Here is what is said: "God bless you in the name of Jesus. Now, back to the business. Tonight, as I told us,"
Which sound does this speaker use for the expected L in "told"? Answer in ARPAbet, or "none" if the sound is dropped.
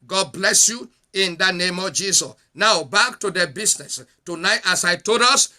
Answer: none